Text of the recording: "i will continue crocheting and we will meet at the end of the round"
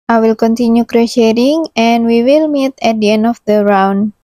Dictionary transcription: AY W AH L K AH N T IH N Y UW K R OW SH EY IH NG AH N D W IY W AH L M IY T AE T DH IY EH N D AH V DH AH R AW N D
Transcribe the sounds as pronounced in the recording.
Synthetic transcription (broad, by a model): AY W AH L K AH N T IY N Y UW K R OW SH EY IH NG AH N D W IY W AH L M IY T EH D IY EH N AH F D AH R AW N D